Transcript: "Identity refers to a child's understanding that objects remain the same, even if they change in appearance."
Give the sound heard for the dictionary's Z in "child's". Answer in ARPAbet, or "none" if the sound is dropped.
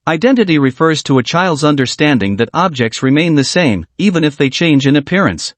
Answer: Z